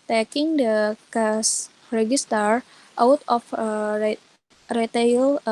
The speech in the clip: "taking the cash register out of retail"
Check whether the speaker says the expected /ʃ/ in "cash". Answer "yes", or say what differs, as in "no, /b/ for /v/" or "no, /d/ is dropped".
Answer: no, /s/ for /ʃ/